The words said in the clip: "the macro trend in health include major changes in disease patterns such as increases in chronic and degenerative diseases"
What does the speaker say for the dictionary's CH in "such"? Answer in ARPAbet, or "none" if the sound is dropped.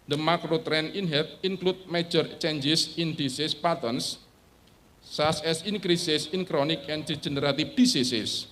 S